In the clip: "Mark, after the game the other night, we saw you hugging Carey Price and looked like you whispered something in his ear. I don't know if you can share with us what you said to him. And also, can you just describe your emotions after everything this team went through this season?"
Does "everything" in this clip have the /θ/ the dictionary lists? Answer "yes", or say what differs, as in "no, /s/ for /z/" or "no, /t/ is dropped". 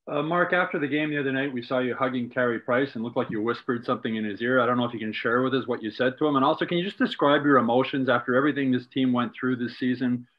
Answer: yes